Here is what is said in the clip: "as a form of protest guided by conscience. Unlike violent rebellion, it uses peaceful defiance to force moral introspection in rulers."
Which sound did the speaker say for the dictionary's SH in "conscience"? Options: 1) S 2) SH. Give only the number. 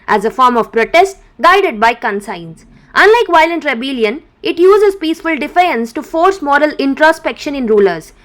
1